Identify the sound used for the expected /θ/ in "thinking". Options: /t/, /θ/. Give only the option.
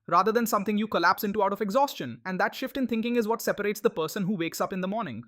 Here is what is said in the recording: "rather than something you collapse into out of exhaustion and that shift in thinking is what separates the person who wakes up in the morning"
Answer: /t/